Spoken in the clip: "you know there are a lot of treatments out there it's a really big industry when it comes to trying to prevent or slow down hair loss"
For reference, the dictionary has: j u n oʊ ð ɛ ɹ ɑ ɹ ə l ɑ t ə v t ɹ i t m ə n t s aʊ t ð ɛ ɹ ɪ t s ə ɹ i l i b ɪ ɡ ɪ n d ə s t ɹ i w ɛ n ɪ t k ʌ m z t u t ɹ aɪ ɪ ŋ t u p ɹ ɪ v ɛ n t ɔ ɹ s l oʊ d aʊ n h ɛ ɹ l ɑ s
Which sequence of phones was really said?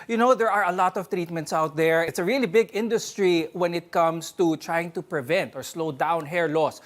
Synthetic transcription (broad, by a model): j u n oʊ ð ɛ ɹ ɑ ɹ ə l ɑ t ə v t ɹ i t m ə n t s aʊ t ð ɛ ɹ ɪ t s ə ɹ i l i b ɪ ɡ ɪ n d ə s t ɹ i w ɛ n ɪ t k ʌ m s t u t ɹ aɪ ɪ ŋ t u p ɹ ɪ v ɛ n t ɔ ɹ s l oʊ d aʊ n h ɛ ɹ l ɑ s